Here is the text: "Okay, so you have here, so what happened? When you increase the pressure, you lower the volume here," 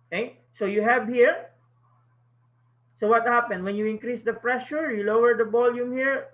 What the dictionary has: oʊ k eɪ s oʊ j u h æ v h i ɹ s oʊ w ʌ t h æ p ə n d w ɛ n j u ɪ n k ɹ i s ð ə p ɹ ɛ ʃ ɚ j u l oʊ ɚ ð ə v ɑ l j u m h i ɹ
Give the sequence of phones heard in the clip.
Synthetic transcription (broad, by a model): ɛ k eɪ s oʊ j u h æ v h i ɹ s oʊ w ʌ t h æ p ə n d w ɛ n j u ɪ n k ɹ i s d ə f ɹ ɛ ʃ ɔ j u l oʊ ɚ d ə b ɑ l j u m h i ɹ